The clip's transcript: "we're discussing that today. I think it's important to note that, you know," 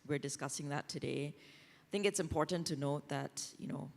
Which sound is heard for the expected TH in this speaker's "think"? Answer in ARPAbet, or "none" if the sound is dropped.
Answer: TH